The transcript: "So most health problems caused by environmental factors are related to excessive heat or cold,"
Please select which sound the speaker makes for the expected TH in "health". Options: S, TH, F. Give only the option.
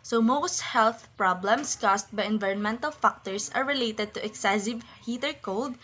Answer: TH